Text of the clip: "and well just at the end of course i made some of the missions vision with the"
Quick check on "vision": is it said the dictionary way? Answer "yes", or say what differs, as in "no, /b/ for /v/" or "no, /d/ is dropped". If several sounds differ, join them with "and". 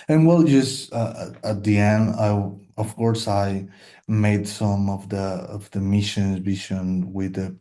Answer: no, /b/ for /v/ and /ʃ/ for /ʒ/